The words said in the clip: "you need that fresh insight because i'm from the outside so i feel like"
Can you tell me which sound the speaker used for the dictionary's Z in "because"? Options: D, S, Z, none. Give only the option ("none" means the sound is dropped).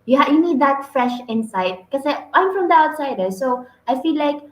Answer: none